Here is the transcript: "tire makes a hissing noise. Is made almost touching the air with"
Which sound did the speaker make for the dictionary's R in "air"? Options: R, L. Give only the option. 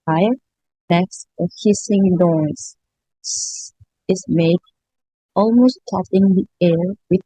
R